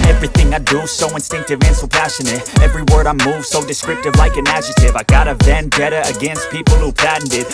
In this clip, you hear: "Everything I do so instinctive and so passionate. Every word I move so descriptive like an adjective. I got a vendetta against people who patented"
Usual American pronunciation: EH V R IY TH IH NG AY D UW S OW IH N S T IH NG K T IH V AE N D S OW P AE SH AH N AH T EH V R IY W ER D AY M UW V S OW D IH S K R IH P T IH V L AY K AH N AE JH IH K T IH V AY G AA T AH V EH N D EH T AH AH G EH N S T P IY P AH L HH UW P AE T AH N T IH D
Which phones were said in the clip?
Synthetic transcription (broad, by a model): EH V R IY TH IH NG AY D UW S OW IH N S T IH NG K T IH V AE N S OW P AE SH AH N AH T EH V R IY W ER D AY M UW V S OW D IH S K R IH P T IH V L AY K AH N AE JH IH T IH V AY G AA T AH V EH N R EH T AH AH G EH N S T P IY P L HH UW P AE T N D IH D